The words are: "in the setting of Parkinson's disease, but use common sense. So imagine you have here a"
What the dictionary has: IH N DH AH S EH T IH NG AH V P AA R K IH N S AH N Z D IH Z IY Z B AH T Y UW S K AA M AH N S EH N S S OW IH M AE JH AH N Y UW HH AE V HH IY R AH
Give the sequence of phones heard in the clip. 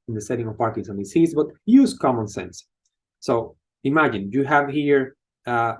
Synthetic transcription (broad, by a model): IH N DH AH S EH T IH NG AH V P AA R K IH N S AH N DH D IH S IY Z B AH T Y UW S K AA M AH N S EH N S S OW IH M AE JH AH N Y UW HH AE V HH IY R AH